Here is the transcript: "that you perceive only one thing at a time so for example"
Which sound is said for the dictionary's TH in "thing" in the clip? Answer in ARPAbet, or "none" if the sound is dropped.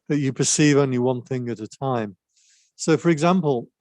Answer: TH